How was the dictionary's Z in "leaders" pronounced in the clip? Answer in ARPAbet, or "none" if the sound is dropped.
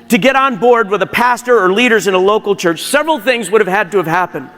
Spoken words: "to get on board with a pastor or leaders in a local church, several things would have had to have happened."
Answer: Z